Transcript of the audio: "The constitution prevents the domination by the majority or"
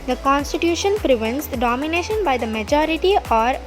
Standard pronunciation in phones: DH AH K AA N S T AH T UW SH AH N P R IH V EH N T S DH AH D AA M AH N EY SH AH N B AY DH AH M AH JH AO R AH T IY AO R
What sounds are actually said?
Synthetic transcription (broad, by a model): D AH K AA N S T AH T UW SH AH N P R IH V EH N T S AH D AA M AH N EY SH AH N B AY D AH M AH JH AO R AH T IY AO R